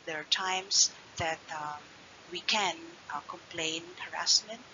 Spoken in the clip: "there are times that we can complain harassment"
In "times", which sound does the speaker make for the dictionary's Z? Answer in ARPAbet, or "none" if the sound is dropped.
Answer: S